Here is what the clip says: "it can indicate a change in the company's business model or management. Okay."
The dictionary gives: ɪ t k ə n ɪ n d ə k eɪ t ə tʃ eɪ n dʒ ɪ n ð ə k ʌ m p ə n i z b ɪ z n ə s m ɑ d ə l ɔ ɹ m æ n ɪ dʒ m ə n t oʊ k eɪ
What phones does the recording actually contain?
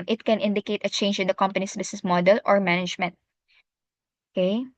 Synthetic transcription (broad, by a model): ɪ t k ə n ɪ n d ə k eɪ t ə tʃ eɪ n dʒ ɪ n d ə k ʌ m p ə n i s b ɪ s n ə s m ɑ d ə l ɔ ɹ m æ n ɪ dʒ m ə n t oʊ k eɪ